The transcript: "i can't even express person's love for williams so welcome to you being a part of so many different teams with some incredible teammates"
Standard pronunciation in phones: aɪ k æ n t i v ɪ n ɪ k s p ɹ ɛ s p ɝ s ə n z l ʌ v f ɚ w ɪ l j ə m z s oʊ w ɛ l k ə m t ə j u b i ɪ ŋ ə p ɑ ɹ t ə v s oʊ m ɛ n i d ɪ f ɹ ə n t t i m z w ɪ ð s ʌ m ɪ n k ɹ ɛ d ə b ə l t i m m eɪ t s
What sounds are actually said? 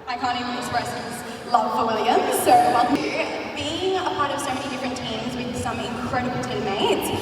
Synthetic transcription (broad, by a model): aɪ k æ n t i ɪ ɪ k s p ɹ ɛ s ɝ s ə z l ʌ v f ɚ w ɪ l j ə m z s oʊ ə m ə b i ɪ ŋ ə p ɑ ɹ t ə v s oʊ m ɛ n i d ɪ f ɹ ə n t t i m z w ɪ ð s ʌ m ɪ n k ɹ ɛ d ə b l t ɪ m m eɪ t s